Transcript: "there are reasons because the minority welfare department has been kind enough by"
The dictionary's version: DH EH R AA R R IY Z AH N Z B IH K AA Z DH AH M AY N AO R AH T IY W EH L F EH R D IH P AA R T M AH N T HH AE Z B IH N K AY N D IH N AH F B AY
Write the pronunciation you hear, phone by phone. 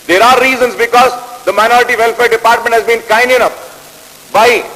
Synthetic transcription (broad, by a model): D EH R AA R R IY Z AH N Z B IH K AA Z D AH M AY N AO R AH T IY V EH L F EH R D IH P AA R T M AH N T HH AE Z B IH N K AY N D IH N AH P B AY